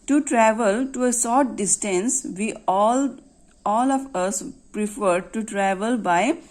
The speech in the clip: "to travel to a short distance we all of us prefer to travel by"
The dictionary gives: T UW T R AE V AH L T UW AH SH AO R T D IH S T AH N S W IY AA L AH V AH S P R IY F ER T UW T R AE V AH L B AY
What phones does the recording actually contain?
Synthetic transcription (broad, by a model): T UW T R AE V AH L T UW AH S AO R T D IH S T AH N S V IY AA L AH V AH S P R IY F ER T UW T R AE V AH L B AY